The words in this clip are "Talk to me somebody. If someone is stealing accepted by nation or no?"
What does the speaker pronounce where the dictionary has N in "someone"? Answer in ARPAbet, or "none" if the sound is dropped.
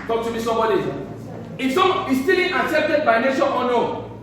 none